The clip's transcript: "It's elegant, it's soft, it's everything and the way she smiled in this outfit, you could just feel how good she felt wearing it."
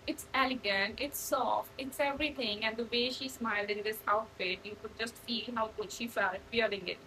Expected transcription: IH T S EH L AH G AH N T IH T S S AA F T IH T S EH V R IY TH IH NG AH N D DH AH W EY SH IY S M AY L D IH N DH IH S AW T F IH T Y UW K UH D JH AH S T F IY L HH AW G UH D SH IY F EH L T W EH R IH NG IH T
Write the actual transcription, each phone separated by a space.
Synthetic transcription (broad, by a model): IH T S EH L AH G AH N T IH T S S AA F T IH T S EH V R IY T IH NG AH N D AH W EY SH IY S M AY L D IH N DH IH S AW T F IH T Y UW K UH D JH AH S T F IY L HH AW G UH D SH IY F EH L T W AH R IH NG IH T